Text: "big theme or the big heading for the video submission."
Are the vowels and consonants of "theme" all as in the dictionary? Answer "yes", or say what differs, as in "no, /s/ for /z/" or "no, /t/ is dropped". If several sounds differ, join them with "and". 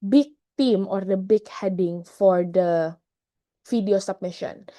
no, /t/ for /θ/